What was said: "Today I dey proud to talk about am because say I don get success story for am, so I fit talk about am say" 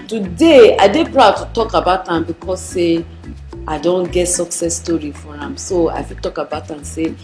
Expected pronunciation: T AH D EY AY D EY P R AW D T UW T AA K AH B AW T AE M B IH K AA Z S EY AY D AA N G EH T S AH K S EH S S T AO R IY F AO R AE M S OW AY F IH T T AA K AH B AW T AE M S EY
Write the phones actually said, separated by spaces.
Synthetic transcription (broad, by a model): T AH D EY AY D EY P R AW D T UW T AA K AH B AW T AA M B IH K AA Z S EY AY D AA N G EH T S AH K S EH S S T AO R IY F AO R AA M S OW AY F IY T T AA K AH B AW T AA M S EY